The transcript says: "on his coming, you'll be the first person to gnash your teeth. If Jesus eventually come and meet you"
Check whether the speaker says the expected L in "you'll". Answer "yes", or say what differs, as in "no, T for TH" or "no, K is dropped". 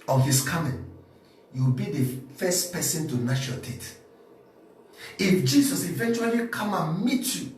no, W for L